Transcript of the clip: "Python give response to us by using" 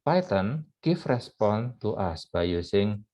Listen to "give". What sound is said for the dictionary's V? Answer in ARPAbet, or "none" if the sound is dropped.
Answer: F